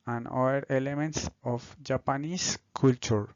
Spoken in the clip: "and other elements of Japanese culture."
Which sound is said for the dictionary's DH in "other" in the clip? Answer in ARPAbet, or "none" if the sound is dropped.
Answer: none